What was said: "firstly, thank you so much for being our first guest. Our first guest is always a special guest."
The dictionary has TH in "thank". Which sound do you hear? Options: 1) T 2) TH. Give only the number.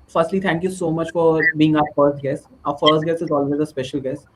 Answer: 1